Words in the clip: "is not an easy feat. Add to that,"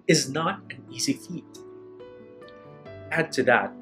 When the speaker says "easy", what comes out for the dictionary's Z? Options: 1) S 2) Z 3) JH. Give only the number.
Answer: 2